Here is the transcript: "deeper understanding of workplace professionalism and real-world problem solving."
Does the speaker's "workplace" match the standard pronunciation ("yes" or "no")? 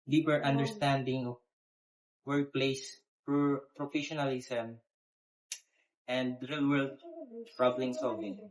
no